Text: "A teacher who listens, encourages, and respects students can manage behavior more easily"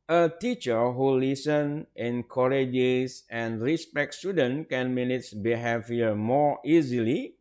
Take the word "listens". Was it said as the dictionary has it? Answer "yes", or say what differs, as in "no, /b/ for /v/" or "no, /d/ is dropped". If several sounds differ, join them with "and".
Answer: no, /z/ is dropped